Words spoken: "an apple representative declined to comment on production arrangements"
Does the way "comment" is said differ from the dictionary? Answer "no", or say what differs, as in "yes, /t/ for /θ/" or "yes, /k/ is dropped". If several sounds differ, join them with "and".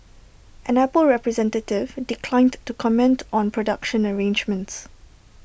no